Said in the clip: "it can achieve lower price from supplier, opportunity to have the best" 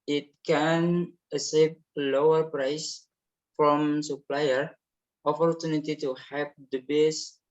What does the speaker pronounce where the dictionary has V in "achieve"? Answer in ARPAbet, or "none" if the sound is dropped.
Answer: P